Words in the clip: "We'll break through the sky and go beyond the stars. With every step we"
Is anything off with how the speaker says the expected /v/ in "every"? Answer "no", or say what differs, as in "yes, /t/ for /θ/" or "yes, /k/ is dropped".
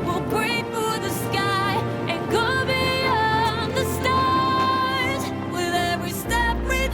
no